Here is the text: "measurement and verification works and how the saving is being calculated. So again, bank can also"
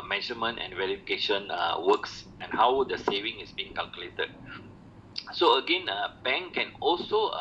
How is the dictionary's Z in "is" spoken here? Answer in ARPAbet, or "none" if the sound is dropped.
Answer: S